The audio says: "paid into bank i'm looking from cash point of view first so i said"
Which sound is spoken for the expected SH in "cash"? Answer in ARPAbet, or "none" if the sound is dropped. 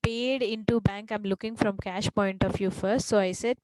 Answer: SH